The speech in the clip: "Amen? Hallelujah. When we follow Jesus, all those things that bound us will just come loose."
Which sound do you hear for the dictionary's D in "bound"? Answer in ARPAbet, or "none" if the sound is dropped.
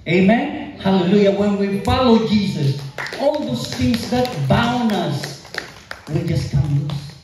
none